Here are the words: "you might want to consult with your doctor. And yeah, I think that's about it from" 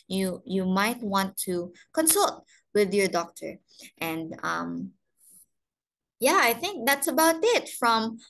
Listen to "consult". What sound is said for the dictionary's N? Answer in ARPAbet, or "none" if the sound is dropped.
N